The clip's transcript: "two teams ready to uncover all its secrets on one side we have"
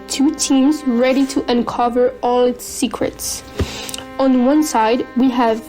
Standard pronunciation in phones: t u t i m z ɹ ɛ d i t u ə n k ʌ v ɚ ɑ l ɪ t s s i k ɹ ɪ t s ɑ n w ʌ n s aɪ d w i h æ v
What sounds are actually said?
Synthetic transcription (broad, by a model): t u t i m z ɹ ɛ d i t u ə n k ʌ v ɚ ɑ l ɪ t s s i k ɹ ɪ t s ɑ n w ʌ n s aɪ d w i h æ v